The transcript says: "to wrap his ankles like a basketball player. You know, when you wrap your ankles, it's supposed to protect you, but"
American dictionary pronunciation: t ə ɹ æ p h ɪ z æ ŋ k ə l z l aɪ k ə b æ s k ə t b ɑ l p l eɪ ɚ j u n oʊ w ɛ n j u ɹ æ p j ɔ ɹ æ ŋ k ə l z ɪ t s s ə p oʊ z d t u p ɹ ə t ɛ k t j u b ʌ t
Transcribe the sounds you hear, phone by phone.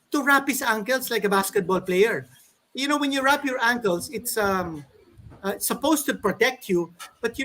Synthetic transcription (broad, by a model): t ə ɹ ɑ p h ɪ s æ ŋ k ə l s l aɪ k ə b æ s k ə t b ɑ l p l eɪ ɚ j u n oʊ w ɛ n j u ɹ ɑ p j ɔ ɹ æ ŋ k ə l s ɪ t s s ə p oʊ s t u p ɹ ə t ɛ k t j u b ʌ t